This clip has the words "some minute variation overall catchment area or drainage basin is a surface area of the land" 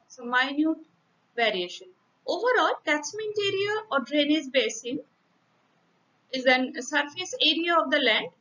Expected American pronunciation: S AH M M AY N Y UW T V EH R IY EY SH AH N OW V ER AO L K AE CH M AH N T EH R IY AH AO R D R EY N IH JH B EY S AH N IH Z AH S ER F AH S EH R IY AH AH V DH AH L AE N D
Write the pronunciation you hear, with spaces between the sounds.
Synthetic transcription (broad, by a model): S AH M M AY N Y UW T V EH R IY EY SH AH N OW V ER AO L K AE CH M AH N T EH R IY AH AO R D R EY N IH Z B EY S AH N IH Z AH S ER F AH S EH R IY AH AH V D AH L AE N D